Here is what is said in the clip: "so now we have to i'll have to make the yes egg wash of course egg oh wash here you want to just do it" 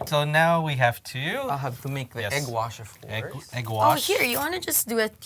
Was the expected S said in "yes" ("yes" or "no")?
no